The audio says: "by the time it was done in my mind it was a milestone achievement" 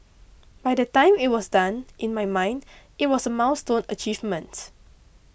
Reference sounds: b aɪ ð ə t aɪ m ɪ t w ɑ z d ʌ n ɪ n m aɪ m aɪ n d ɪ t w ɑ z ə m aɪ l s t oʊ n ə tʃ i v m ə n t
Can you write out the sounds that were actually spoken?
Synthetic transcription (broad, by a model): b aɪ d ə t aɪ m ɪ t w ɑ s d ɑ n ɪ n m aɪ m aɪ n d ɪ t w ɑ s ə m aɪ w s t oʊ n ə tʃ i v m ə n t